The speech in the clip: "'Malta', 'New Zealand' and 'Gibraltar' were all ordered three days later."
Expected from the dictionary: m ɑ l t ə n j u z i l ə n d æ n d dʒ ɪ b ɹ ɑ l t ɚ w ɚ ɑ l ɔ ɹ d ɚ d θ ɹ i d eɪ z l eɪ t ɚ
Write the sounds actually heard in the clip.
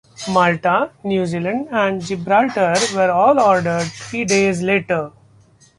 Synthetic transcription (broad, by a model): m ɑ l t ə n j u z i l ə n d æ n d dʒ ɪ b ɹ ɑ l t ɚ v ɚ ɑ l ɔ ɹ d ɚ d t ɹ i d eɪ z l eɪ t ɚ